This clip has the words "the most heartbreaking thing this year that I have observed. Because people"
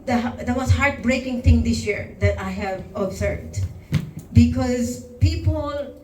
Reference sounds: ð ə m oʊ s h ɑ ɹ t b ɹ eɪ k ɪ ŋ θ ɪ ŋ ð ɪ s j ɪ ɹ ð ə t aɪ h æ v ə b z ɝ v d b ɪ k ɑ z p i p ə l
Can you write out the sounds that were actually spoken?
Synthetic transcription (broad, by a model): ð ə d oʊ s h ɑ ɹ t b ɹ eɪ k ɪ ŋ t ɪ ŋ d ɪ s j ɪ ɹ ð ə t aɪ h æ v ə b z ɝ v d b ɪ k ɑ z p i p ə l